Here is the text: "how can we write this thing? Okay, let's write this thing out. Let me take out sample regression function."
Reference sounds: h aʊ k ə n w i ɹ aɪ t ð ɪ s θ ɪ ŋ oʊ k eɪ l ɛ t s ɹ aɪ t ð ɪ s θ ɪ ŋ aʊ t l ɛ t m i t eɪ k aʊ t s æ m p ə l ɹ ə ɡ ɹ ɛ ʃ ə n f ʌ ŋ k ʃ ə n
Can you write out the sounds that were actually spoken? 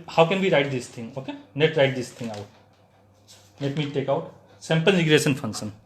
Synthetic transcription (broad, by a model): h aʊ k ə n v i ɹ aɪ t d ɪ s t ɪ ŋ oʊ k eɪ n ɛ t ɹ aɪ t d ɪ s t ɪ ŋ aʊ t n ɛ t m i t eɪ k aʊ t s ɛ m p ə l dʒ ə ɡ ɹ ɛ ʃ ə n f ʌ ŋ k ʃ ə n